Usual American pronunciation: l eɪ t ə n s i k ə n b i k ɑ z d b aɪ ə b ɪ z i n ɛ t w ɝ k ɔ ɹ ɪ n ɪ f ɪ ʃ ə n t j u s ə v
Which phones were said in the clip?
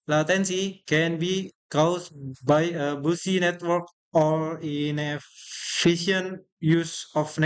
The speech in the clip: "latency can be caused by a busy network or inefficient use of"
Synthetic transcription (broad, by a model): l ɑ t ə n s i k ə n b i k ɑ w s b aɪ ə b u s i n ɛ t w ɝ k ɔ ɹ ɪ n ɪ f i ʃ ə n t j u s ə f